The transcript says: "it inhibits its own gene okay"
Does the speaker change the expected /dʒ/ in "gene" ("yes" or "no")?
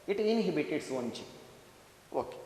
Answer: yes